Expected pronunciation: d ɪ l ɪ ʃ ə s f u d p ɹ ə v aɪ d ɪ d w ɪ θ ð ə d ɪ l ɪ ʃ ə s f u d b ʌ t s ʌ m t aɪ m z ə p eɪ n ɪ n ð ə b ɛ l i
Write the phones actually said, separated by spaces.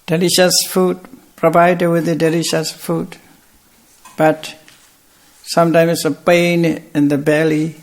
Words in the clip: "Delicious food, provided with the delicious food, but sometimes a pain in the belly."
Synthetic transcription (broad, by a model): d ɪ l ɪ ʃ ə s f u d p ɹ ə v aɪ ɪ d w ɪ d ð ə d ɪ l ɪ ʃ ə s f u d b ʌ t s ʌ m t aɪ m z ə p eɪ n ɪ n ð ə b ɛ l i